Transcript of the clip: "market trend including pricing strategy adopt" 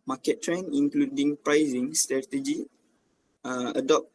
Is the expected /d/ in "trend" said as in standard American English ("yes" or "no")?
no